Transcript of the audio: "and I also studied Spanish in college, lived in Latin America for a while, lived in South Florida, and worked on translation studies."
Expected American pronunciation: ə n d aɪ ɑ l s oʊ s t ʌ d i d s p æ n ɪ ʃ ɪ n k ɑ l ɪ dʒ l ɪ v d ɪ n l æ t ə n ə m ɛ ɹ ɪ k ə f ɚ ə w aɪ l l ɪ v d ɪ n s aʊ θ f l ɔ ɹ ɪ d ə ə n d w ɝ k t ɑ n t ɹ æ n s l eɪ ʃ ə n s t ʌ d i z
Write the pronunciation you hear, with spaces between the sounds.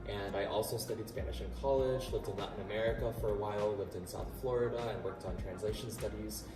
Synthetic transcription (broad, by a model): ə n aɪ ɑ l s oʊ s t ʌ d i d s p æ n ɪ ʃ ɪ n k ɑ l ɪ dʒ l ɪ v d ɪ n n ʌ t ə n ə m ɛ ɹ ɪ k ə f ɚ ə w aɪ l l ɪ v d ɪ n s aʊ θ f l ɔ ɹ ɪ d ə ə n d w ɝ k t n t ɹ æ n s l eɪ ʃ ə n s t ʌ d i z